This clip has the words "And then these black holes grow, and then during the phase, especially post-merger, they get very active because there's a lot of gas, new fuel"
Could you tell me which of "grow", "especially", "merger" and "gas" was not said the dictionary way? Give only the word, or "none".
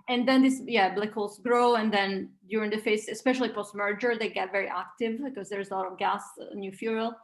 none